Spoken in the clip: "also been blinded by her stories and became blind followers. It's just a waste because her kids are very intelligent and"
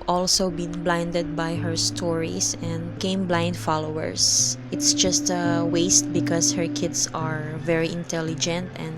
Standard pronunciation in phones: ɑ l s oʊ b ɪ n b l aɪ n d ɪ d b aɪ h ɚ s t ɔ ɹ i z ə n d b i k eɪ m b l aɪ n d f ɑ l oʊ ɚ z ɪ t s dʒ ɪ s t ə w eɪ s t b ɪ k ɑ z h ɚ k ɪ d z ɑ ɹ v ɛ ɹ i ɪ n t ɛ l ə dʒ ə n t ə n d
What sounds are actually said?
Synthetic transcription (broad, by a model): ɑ l s oʊ b ɪ n b l aɪ n d ɪ d b aɪ h ɚ s t ɔ ɹ i s ə n d k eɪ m b l aɪ n d f ɑ l oʊ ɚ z ɪ t s dʒ ɪ s t ə w eɪ s t b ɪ k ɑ s h ɚ k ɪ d s ɑ ɹ v ɛ ɹ i ɪ n t ɛ l ə dʒ ə n t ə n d